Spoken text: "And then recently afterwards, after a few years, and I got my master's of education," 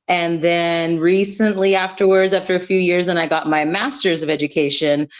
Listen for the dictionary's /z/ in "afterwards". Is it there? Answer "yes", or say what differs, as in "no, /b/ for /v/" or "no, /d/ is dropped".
yes